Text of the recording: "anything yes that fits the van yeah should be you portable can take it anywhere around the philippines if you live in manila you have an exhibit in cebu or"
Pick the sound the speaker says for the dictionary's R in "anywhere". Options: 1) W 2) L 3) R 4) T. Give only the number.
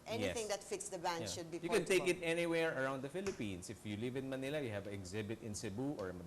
3